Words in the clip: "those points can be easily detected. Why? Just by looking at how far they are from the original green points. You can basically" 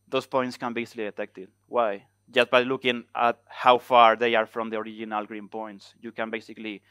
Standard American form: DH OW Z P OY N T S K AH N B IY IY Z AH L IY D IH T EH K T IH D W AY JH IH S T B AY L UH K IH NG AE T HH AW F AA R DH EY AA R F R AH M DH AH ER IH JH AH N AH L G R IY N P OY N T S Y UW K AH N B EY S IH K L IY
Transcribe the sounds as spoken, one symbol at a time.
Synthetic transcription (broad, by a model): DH OW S P OY N T S K AH N B IY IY S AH L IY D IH T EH K T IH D W AY JH IH S T B AY L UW K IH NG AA T HH AW F AA R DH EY AA R F R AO M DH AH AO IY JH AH N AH L G R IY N P OY N T S Y UW K AH N B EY S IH K L IY